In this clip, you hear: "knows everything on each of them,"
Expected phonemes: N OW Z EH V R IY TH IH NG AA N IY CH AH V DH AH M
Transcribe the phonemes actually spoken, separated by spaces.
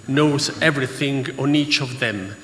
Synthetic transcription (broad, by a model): N OW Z EH V R IY TH IH NG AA N IY CH AH V DH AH M